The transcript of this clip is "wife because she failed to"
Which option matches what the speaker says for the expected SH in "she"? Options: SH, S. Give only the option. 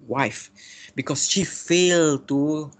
SH